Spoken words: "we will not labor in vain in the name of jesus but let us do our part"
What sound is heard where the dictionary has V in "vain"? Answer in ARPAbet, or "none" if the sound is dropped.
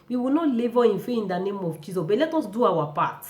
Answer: F